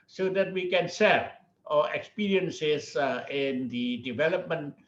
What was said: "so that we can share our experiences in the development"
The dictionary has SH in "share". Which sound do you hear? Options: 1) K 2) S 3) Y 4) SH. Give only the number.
2